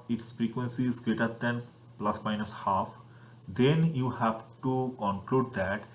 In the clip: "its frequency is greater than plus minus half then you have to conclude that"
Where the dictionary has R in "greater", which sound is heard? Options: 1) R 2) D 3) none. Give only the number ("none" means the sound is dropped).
3